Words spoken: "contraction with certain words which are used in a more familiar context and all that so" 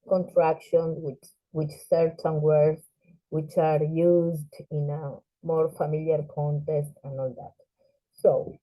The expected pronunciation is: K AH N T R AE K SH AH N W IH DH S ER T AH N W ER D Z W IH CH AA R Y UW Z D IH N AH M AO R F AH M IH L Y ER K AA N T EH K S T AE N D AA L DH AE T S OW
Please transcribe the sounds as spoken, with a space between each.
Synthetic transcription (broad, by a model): K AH N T R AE K SH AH N W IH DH S ER T AH N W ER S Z W IH CH AA R Y UW Z D IH N AH M AO R F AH M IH L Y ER K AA N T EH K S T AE N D AA L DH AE T S OW